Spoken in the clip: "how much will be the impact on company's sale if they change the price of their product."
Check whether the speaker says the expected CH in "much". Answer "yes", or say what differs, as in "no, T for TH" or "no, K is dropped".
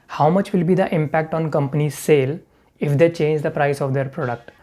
yes